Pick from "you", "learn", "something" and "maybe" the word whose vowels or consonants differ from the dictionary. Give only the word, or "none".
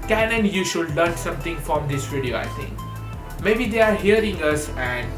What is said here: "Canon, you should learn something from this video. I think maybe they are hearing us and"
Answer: something